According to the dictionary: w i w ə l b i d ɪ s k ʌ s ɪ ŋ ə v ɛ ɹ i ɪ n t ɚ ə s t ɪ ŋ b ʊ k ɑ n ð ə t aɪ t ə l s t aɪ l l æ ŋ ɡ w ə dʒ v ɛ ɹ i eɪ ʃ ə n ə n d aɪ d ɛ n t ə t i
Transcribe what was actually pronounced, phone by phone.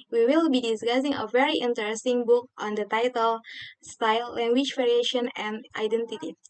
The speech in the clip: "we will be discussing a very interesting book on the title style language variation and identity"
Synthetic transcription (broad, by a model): w i w ə l b i d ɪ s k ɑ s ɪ ŋ ə v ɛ ɹ i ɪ n t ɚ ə s t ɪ ŋ b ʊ k ɑ n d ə t aɪ t ə l s t aɪ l l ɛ ŋ ɡ w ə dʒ v ɛ ɹ i eɪ ʃ ə n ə n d aɪ d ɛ n t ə t i